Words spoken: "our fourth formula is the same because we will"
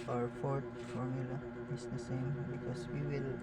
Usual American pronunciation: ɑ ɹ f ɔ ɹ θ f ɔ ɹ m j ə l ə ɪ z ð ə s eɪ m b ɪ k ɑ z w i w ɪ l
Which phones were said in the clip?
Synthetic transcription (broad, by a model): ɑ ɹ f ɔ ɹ t f ɔ ɹ m j ə l ə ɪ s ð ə s eɪ m b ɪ k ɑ s w i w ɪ l